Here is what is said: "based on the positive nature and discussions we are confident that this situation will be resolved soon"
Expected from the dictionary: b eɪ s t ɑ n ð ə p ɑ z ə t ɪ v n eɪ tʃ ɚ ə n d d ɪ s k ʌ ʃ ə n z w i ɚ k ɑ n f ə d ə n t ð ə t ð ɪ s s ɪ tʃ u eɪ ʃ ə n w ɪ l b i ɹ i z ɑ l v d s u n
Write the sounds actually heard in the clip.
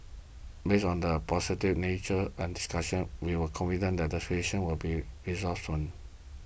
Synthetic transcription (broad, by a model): b eɪ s ɑ n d ə p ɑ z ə t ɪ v n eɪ tʃ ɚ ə n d d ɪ s k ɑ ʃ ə n w i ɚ k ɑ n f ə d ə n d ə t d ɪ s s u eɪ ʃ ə n w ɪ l b i ɹ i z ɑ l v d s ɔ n